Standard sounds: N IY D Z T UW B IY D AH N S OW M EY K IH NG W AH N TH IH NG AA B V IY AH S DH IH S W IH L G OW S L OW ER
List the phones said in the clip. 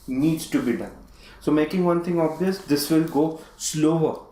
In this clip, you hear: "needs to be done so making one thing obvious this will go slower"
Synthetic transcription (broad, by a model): N IY D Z T UW B IY D AH N S OW M EY K IH NG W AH N T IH NG AA B V IY AH S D IH S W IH L G OW S L OW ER